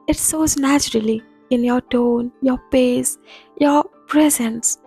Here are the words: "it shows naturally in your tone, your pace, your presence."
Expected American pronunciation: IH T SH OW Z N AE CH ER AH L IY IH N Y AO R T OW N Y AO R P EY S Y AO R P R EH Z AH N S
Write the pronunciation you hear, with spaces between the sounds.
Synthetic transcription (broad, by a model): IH T S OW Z N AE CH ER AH L IY IH N Y AO R T OW N Y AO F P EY S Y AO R P R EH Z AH N S